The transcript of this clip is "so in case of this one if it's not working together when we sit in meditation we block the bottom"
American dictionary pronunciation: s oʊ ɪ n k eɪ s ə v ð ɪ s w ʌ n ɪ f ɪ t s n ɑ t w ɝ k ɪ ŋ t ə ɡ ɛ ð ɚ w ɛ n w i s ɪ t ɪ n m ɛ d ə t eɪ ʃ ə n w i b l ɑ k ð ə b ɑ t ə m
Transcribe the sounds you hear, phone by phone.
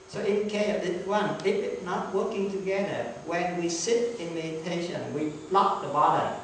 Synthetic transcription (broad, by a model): s oʊ ɪ n k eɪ ə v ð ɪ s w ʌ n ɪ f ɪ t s n ɑ t w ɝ k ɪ ŋ t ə ɡ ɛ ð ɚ w ɛ n w i s ɪ t ɪ n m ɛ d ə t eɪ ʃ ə n w i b l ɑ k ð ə b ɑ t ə